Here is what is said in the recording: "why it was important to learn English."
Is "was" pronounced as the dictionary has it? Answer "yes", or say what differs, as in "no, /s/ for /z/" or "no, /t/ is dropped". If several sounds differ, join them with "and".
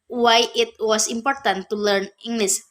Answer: no, /s/ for /z/